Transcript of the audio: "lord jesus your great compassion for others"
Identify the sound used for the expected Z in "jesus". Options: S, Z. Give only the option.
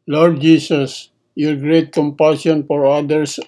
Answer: S